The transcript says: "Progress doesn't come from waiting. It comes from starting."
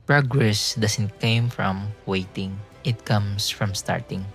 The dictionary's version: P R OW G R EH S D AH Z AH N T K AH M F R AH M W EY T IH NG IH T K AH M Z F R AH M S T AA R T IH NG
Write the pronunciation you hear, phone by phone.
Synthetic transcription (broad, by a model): P R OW G R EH S D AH S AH N T K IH M F R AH M W EY T IH NG IH T K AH M S F R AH M S T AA R T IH NG